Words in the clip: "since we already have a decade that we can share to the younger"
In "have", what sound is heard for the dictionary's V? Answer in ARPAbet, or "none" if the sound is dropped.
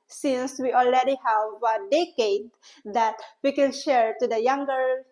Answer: V